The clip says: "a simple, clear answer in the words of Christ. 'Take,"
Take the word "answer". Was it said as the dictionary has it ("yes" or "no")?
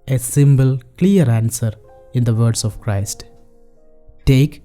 yes